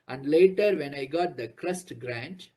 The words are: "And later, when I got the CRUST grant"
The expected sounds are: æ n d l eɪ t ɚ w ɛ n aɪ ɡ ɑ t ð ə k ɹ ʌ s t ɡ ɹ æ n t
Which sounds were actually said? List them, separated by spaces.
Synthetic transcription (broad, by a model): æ n d l eɪ t ɚ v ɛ n aɪ ɡ ɑ t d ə k ɹ ʌ s t ɡ ɹ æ n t